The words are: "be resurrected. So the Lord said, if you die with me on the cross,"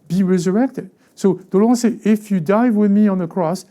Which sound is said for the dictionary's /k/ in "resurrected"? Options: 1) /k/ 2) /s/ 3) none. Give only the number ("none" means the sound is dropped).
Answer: 1